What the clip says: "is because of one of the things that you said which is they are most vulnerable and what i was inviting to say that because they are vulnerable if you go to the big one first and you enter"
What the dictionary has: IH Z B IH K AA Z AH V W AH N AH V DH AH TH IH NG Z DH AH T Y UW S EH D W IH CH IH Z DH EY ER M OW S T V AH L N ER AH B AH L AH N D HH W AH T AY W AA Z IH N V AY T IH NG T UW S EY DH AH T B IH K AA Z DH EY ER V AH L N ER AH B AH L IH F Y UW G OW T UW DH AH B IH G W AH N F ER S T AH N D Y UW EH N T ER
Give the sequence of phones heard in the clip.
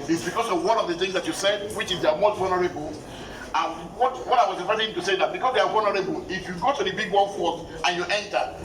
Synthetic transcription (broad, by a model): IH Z B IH K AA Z AH V W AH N AH V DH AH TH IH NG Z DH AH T Y UW S EH D W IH CH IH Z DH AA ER M OW S T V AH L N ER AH B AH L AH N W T W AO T AY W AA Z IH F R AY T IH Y T UW S EY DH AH T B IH K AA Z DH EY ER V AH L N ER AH B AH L IH F Y UW G OW T UW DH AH B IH G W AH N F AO T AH N Y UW EH N T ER